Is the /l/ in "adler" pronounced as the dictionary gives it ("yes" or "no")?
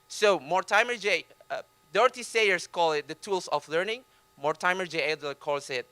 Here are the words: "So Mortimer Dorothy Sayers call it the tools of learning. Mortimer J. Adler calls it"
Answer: no